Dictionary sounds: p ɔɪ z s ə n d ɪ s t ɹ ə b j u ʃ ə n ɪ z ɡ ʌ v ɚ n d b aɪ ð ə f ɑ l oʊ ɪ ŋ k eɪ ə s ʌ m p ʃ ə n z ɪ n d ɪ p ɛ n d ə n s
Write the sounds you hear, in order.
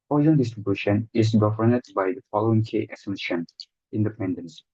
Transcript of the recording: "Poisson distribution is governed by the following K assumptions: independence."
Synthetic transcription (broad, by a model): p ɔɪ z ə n d ɪ s t ɹ ə b j u ʃ ə n ɪ z ɡ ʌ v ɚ n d b aɪ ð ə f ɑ l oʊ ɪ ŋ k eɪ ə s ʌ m ʃ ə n ɪ n d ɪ p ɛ n d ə n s